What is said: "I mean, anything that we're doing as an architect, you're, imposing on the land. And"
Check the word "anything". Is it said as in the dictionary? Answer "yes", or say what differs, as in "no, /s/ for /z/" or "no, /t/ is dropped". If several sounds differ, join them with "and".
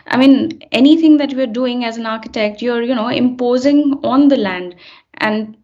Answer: no, /t/ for /θ/